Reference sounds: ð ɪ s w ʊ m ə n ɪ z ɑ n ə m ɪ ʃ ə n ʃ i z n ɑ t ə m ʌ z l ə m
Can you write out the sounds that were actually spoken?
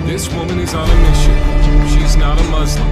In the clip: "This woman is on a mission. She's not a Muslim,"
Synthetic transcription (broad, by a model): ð ɪ s w ʊ m ə n ɪ z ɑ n ə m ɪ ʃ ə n ʃ i z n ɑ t ə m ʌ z